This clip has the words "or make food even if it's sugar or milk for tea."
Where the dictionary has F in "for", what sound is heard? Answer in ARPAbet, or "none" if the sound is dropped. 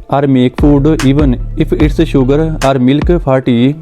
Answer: P